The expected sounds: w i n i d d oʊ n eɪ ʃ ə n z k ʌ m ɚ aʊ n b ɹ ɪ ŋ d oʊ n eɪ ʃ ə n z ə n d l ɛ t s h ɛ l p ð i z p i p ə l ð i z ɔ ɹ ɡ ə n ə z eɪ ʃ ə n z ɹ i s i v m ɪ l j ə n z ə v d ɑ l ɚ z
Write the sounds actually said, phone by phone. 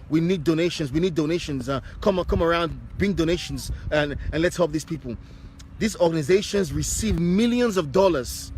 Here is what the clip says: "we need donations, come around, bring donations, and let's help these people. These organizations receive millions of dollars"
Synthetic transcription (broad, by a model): w i n i d d oʊ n eɪ ʃ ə n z k ʌ m ɚ aʊ n b ɹ ɪ ŋ d oʊ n eɪ ʃ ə n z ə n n l ɛ t s h ɛ l p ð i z p i p ə l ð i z ɔ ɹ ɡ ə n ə z eɪ ʃ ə n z ɹ i s i v m ɪ l j ə n z ə v d ɑ l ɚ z